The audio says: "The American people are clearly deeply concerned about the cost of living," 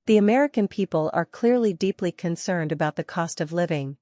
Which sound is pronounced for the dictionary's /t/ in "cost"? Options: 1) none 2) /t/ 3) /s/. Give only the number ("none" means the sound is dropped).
2